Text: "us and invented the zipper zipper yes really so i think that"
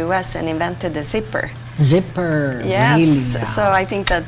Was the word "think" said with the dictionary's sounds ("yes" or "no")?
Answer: yes